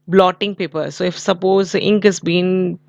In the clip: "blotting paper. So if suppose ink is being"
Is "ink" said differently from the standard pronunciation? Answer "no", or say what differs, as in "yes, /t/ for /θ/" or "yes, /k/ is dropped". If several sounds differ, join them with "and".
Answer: no